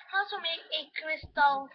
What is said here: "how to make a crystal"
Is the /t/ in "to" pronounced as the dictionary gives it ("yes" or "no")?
no